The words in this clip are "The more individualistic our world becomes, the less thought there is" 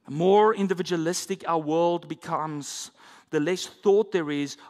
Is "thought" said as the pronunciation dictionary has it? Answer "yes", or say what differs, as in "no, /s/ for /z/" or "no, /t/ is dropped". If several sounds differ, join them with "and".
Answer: yes